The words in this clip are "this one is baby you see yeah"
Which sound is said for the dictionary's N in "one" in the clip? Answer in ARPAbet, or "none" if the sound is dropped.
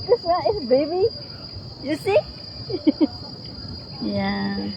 none